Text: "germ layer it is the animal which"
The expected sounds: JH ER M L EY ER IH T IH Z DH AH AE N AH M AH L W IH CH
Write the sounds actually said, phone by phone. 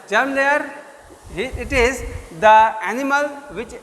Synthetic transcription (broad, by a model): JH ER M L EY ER IH T IH Z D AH AE N AH M AH L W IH CH